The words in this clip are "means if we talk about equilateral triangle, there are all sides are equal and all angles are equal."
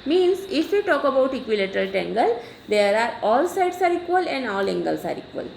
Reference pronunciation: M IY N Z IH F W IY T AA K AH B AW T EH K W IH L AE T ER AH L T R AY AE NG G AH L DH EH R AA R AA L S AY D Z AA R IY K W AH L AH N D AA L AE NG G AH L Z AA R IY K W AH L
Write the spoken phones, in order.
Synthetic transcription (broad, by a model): M IY N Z IH F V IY T AA K AH B AW T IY K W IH L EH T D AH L T EH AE NG G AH L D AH R AA R AA L S AY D S AA R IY K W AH L AH N D AA L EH NG G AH L S AA R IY K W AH L